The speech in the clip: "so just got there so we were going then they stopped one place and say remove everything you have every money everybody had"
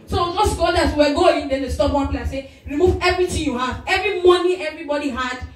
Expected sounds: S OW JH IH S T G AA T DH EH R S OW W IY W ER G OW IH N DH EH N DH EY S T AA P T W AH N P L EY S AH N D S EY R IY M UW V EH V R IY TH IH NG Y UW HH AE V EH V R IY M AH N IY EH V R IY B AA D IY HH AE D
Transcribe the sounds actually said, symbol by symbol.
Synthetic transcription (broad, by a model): S OW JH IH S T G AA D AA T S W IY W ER G OW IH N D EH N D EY S T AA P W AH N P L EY AH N S EY R IY M UW V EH V R IY T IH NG Y UW HH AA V EH V R IY M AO N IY EH V R IY B AA D IY HH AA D